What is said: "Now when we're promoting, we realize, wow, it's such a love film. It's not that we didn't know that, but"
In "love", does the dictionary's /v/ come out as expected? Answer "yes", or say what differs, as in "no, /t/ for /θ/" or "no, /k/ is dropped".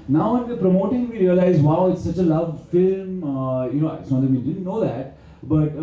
yes